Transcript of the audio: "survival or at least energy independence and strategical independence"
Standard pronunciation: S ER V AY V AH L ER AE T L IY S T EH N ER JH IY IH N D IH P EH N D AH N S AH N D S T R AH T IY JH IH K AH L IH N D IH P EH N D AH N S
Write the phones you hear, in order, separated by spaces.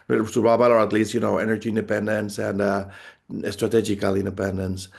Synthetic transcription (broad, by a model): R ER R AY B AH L ER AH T L IY S T EH N ER JH IY IH N D IH P EH N D AH N S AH N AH S T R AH T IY JH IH K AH L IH N D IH P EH N D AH N S